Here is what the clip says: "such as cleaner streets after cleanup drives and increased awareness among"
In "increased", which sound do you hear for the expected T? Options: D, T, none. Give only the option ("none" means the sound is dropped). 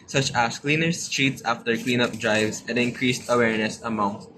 T